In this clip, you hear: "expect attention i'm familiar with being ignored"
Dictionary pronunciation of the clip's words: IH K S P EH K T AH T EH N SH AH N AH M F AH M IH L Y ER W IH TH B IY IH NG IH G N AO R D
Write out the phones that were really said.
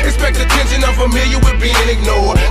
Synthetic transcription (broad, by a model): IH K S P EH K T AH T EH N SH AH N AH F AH M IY Y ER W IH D B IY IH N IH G N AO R